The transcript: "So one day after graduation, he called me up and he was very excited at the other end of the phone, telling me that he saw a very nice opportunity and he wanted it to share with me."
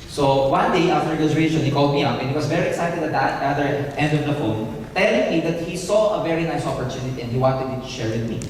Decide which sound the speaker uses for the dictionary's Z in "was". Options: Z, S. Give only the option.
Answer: S